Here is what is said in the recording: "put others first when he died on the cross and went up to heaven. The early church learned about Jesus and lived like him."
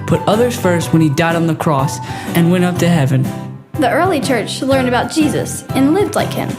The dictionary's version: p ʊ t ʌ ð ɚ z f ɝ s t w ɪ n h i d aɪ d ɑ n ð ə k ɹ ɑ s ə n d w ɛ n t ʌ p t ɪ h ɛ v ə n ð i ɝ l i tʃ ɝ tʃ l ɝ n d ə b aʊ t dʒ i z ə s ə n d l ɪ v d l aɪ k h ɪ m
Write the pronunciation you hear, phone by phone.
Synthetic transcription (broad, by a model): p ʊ t ʌ ð ɚ z f ɝ s t w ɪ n i d aɪ d n ð ə k ɹ ɑ s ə n w ɛ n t ʌ p t ɪ h ɛ v ə n ð i ɝ l i tʃ ɝ tʃ l ɝ n d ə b aʊ t dʒ i z ə s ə n l ɪ v d l aɪ k h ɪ m